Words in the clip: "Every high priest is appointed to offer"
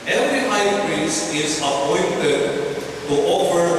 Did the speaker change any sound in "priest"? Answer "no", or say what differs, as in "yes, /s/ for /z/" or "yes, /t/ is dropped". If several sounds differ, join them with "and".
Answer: yes, /t/ is dropped